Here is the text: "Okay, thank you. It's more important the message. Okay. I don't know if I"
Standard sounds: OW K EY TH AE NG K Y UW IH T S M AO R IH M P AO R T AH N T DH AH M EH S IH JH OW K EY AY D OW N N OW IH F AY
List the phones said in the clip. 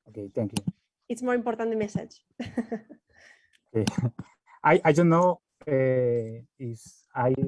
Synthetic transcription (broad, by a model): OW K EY T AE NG K Y UW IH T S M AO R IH M P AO R T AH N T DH M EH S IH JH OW K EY AY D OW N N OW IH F AY